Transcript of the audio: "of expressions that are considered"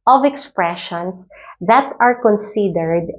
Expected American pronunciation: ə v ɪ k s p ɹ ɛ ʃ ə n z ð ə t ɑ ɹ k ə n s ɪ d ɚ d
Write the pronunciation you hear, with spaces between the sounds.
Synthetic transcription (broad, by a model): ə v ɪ k s p ɹ ɛ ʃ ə n s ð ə t ɑ ɹ k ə n s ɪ d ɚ d